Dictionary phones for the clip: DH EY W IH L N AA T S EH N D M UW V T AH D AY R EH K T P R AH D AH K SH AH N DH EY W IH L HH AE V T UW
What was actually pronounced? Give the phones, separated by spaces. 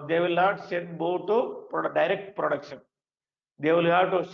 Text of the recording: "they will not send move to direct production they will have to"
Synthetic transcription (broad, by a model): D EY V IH L N AA T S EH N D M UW P T AH D AY R EH K T P R AH D AH K SH AH N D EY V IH L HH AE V T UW